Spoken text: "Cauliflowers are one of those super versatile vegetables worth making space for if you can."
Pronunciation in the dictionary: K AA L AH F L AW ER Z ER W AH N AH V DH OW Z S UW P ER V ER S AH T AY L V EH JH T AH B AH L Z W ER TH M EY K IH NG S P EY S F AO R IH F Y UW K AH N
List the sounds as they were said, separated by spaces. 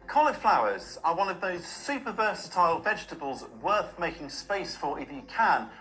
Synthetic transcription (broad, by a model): K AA L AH F L AW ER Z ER W AH N AH V DH OW Z S UW P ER V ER S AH T AY L V EH JH T AH B AH L Z W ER TH M EY K IH NG S P EY S F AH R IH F Y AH K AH N